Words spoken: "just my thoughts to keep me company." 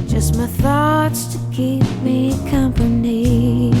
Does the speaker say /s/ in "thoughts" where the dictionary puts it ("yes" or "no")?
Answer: yes